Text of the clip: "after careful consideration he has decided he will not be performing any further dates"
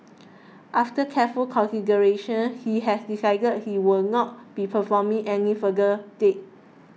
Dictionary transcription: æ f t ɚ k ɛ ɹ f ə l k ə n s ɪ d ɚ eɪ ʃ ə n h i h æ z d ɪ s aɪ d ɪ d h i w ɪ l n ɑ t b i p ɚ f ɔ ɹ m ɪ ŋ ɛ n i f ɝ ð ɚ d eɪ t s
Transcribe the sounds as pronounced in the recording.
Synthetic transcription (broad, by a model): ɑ f t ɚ k ɛ f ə l k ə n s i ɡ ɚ eɪ ʃ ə n h i h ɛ s d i s aɪ d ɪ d h i w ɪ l n ɑ t b i p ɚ f ɔ m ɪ ŋ ɛ n i f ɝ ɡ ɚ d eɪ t